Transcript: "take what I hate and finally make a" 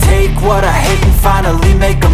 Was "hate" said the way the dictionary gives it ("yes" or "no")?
no